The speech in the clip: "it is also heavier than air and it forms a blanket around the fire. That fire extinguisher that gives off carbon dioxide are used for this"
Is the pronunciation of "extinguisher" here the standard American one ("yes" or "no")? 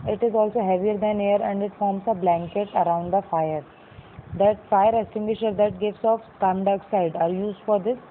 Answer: no